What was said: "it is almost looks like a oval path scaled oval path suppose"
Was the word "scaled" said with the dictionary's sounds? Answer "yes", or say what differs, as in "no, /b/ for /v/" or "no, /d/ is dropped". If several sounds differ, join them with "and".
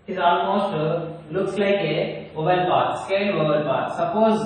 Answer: no, /d/ is dropped